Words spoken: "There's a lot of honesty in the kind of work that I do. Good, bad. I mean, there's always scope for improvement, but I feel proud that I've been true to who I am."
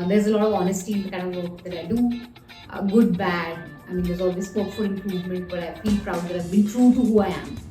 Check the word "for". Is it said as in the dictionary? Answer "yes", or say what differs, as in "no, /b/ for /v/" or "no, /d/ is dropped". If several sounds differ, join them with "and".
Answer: no, /l/ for /ɹ/